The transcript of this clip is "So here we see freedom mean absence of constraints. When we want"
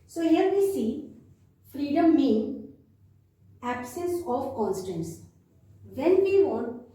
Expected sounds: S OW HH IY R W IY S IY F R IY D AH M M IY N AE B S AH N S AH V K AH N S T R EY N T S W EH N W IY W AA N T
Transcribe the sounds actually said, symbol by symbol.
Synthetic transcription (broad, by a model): S OW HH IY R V IY S IY F R IY D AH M M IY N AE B S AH N S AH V K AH N S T EY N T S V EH N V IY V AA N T